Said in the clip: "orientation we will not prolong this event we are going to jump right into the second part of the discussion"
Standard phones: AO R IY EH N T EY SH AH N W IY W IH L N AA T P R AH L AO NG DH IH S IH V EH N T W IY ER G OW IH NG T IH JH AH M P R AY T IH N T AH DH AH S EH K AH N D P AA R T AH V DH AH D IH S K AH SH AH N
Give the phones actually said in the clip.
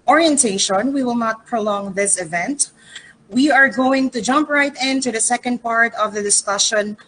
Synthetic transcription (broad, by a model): AO R IY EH N T EY SH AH N W IY W IH L N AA T P R AH L AO NG DH IH S IH V EH N T W IY ER G OW IH NG T IH JH AH M P R AY T IH N T AH DH AH S EH K AH N D P AA R T AH V DH AH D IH S K AH SH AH N